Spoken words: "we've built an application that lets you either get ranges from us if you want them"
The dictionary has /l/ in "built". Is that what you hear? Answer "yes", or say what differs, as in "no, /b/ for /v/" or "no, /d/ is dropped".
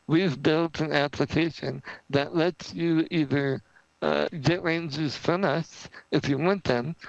yes